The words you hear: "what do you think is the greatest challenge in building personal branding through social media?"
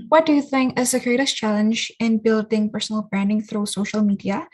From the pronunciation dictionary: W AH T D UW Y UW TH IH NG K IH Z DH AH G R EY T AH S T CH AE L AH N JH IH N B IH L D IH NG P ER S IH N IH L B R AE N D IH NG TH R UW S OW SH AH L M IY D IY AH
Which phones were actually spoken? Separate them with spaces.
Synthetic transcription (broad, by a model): W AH T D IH Y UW TH IH NG K IH Z DH AH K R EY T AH S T CH AE L AH N JH IH N B IH L D IH NG P ER S N L B R AE N D IH NG TH R UW S OW SH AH L M IY D IY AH